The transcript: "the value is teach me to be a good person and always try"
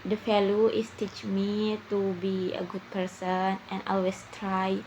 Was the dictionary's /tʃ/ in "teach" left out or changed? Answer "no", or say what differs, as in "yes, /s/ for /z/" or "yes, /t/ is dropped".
no